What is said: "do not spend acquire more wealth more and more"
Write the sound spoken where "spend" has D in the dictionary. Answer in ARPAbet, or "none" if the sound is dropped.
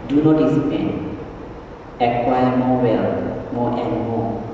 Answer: none